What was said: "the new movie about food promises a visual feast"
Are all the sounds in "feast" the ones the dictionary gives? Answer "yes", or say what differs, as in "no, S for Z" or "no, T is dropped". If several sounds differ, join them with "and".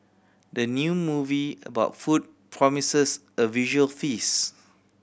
no, T is dropped